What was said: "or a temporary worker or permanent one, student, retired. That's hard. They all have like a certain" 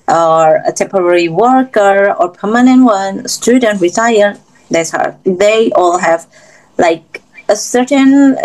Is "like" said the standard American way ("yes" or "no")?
yes